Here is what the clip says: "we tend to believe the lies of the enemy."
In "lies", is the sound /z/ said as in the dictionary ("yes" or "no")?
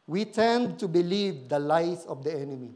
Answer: no